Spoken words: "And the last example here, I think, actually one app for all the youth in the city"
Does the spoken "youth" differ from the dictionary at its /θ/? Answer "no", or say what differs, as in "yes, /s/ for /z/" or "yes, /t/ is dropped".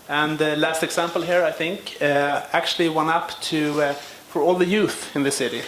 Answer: no